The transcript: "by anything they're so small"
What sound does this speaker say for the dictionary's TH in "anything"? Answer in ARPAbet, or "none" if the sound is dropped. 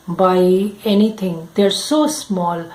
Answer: T